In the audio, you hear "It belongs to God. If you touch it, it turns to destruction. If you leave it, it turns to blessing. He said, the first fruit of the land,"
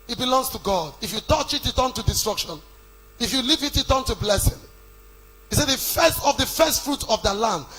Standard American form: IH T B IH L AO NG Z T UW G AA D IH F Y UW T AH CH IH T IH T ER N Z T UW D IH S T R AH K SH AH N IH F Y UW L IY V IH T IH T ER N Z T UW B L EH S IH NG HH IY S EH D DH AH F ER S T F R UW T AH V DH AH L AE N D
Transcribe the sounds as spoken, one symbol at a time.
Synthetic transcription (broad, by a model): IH T B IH L AO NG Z T UW G AA D IH F Y UW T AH CH IH T IH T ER N T UW D IH S T R AH K SH AH N IH F Y UW L IY V IH T IH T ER N T UW B L EH S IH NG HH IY S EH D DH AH F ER S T F R UW T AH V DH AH L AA N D